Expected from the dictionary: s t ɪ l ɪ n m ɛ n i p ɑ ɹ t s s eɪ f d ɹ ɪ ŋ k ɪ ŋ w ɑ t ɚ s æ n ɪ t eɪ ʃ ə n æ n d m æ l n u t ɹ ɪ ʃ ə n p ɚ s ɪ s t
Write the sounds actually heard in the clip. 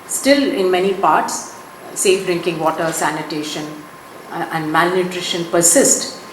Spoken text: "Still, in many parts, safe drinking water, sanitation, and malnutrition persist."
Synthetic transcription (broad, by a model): s t ɪ l ɪ n m ɛ n i p ɑ ɹ t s s eɪ f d ɹ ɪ ŋ k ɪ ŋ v ɑ t ɚ s æ n ɪ t eɪ ʃ ə n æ n d m æ l n u t ɹ ɪ ʃ ə n p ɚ s ɪ s t